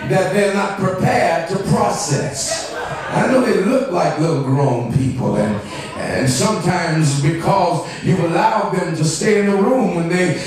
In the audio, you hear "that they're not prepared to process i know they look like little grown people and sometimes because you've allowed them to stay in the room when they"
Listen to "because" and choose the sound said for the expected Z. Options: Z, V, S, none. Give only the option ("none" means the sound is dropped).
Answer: Z